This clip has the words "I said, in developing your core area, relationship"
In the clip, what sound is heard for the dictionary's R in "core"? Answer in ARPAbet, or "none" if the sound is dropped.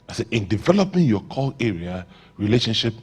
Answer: L